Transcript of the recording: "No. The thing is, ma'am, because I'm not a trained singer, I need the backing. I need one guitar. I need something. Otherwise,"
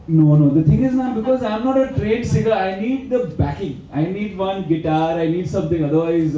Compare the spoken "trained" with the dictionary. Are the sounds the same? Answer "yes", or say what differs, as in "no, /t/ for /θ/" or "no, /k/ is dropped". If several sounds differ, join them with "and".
no, /n/ is dropped